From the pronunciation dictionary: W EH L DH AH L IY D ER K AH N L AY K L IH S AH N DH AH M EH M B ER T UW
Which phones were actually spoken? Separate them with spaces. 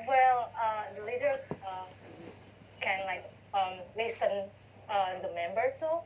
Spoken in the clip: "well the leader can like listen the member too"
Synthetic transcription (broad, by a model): W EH L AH L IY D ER K AH N L AY K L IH S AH N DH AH M EH M B ER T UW